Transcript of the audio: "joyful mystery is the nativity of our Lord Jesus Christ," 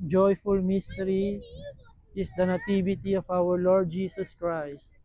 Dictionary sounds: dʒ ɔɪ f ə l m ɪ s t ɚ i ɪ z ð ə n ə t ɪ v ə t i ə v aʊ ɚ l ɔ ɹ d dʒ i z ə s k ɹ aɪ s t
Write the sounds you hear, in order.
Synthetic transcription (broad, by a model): dʒ ɔɪ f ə l m ɪ s t ɚ i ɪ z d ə n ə t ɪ b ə t i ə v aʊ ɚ l ɔ ɹ d dʒ i s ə s k ɹ aɪ s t